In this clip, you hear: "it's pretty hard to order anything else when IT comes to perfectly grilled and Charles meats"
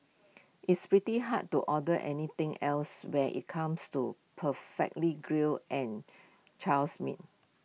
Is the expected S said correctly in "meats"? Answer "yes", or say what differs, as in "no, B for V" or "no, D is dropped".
no, S is dropped